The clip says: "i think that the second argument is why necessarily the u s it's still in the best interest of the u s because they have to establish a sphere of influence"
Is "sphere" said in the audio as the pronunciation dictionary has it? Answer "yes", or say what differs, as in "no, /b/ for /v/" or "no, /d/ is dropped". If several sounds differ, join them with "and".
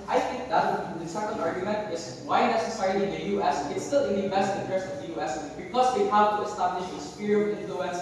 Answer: no, /p/ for /f/